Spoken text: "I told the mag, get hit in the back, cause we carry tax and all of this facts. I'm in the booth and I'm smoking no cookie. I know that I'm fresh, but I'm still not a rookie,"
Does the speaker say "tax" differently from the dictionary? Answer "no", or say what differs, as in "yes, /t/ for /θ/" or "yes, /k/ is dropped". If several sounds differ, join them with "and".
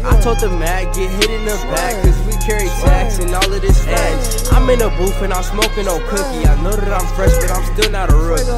yes, /s/ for /t/